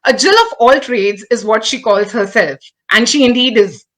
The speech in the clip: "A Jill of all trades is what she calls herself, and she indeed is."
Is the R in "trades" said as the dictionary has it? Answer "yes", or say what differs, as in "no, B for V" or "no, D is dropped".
yes